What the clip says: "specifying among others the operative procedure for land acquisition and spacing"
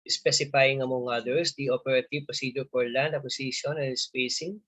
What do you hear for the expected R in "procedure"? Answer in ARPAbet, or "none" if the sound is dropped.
none